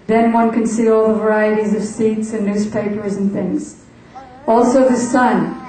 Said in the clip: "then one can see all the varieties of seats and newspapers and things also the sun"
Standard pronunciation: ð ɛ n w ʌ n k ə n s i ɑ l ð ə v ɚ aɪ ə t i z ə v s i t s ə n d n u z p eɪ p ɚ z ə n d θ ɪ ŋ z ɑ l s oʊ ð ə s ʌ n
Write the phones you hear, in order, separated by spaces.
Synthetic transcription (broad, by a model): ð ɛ n w ʌ n k ə n s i ɑ l ð ə v ɚ aɪ ə t i z ə v s i t s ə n n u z p eɪ p ɚ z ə n θ ɪ ŋ z ɑ l s oʊ ð ə s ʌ n